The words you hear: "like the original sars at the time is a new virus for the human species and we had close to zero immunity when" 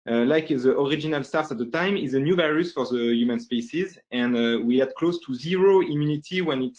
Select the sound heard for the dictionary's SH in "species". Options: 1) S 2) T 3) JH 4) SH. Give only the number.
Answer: 1